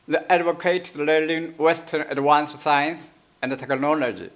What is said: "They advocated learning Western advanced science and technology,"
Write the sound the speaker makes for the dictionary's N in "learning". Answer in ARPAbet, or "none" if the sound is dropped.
L